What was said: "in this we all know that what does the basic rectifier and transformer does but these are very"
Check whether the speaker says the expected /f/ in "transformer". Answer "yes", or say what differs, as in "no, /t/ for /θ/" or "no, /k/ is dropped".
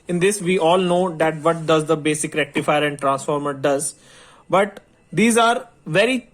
yes